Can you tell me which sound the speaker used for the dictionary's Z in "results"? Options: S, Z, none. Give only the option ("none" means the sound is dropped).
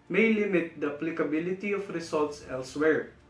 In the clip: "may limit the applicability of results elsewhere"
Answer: S